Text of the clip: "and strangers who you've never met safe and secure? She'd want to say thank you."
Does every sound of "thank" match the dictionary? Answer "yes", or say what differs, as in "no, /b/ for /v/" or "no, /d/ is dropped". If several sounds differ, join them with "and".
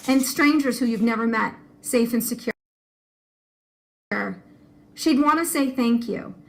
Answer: yes